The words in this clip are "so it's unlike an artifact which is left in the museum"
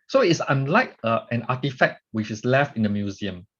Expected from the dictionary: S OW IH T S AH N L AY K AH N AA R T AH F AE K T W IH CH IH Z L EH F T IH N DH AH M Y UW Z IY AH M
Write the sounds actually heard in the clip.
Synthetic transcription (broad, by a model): S OW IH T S AH N L AY K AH N AA T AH F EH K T W IH CH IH S L EH F T IH N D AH M Y UW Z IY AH M